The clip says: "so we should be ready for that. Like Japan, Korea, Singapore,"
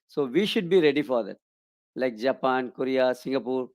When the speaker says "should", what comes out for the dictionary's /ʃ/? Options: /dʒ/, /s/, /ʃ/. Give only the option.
/ʃ/